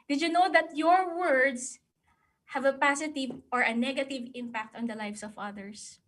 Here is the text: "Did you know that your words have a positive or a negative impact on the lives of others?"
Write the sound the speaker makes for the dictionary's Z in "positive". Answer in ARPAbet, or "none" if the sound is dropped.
S